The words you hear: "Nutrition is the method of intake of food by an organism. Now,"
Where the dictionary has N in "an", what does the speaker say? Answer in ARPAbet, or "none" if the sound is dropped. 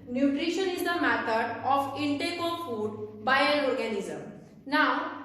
L